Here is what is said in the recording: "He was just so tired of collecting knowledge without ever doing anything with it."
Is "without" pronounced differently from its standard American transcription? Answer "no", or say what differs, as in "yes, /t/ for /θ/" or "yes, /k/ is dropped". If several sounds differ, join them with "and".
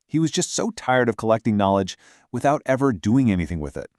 no